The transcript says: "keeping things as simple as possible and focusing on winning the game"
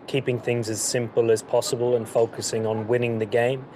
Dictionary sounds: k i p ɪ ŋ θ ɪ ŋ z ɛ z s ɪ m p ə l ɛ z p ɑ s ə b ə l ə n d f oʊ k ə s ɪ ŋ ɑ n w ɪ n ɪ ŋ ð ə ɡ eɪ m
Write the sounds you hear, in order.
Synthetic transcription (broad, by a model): k i p ɪ ŋ θ ɪ ŋ z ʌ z s ɪ m p ə l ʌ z p ɑ s ə b ə l ə n f oʊ k ə s ɪ ŋ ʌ n w ɪ n ɪ ŋ ð ə ɡ eɪ m